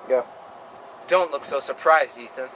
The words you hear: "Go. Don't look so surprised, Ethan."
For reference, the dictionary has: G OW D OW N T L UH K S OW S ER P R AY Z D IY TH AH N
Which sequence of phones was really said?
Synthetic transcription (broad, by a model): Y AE D OW N T L UH K S OW S ER P R AY Z D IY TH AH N